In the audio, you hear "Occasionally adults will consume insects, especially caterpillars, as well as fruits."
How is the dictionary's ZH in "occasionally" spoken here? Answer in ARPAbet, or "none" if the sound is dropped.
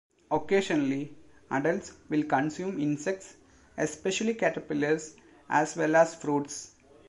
SH